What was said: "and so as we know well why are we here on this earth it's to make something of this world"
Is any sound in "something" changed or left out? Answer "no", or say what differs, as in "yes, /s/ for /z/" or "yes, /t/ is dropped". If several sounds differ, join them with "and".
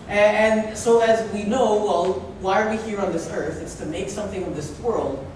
no